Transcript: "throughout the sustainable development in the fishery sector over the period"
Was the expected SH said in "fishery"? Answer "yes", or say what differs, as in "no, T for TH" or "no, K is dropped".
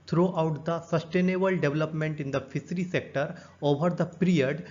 no, S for SH